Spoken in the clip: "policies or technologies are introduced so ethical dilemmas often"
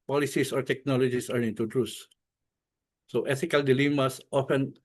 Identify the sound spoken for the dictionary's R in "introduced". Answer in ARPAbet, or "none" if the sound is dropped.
none